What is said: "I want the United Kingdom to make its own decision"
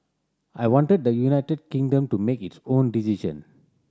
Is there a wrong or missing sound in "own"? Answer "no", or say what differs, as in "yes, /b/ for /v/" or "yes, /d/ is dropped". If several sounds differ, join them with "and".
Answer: no